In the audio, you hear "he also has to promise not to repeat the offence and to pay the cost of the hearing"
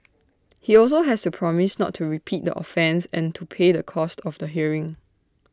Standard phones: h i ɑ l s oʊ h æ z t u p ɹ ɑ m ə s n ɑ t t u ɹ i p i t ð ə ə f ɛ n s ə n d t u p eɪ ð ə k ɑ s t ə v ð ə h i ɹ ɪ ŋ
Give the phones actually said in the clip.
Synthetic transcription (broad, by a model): h i ɑ l s oʊ h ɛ s t u p ɹ ɑ m ə s n ɑ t t u ɹ i p i t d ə ə f ɛ n s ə n t u p eɪ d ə k ɑ s t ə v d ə h i ɹ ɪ ŋ